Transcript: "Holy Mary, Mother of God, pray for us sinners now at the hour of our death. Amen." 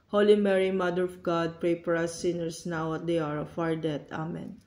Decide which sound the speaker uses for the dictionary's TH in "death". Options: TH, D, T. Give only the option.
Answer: T